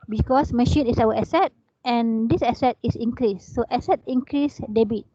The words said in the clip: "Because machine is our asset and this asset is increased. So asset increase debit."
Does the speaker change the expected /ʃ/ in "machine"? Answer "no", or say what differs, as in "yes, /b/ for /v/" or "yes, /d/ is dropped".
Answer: no